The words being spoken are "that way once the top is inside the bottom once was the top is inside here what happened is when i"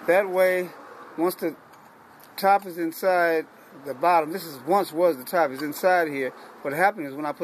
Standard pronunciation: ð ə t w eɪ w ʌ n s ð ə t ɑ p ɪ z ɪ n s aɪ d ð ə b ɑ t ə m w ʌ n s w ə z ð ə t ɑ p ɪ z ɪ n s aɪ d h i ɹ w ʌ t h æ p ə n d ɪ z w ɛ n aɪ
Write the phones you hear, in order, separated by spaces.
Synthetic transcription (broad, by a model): ð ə t w eɪ w ʌ n s ð ə t ɑ p ɪ z ɪ n s aɪ d ð ə b ɑ t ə m w ʌ n s w ə z ð ə t ɑ p ɪ z ɪ n s aɪ d h i ɹ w ʌ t h æ p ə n ɪ z w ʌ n aɪ